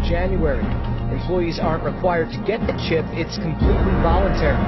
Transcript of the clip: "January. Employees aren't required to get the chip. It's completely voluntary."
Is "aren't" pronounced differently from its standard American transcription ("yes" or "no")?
no